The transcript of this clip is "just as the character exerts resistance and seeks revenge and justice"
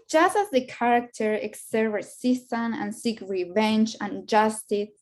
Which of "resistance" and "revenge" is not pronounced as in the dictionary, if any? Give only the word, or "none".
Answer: resistance